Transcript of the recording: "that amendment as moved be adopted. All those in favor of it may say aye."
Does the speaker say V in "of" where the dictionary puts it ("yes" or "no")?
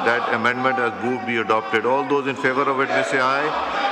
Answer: yes